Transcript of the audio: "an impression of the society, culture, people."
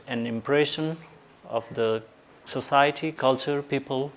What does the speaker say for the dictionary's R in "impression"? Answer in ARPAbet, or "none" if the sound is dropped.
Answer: R